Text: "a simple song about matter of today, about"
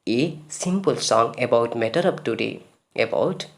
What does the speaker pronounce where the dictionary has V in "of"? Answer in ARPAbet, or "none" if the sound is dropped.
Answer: P